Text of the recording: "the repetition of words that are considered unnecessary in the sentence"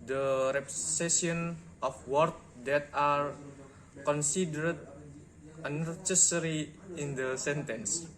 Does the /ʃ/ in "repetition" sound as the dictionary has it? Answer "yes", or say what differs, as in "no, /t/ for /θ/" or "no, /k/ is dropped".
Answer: no, /ʃ/ is dropped